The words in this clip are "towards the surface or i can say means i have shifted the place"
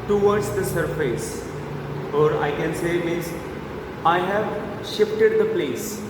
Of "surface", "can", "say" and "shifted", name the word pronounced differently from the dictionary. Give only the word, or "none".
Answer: none